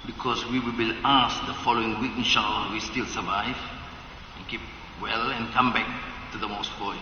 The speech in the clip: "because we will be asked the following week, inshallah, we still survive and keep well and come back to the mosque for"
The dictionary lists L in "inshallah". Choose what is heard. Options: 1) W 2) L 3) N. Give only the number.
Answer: 3